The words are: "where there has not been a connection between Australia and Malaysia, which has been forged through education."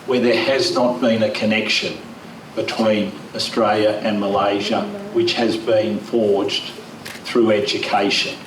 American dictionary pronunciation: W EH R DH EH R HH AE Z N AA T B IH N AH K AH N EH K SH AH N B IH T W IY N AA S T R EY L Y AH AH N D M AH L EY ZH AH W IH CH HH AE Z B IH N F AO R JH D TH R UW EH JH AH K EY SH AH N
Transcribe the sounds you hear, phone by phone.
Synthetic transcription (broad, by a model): W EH R DH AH R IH Z N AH T B IH N AH K AH N EH K SH AH N B IH T W IY N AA S T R EY L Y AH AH N M AH L EY ZH AH W IH CH HH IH Z B IH N F AO R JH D TH R UW EH JH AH K EY SH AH N